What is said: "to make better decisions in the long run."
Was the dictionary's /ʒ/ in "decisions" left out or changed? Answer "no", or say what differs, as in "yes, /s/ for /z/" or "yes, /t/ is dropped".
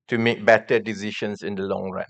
yes, /ʃ/ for /ʒ/